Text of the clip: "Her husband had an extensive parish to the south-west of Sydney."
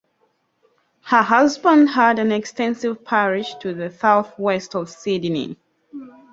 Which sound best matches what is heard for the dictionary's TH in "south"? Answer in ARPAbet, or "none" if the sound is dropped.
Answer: TH